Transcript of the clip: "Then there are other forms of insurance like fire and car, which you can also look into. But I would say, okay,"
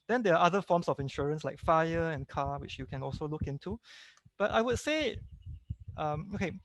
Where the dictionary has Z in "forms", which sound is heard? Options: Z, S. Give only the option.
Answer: S